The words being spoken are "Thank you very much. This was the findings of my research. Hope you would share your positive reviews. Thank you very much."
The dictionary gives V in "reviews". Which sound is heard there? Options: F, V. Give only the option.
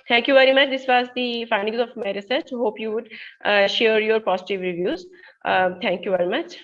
V